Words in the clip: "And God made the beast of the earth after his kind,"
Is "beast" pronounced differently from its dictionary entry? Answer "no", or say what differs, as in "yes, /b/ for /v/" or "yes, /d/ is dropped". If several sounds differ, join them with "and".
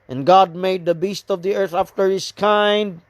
no